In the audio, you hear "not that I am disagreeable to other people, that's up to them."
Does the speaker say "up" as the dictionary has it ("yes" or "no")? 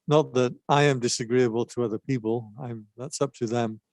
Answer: yes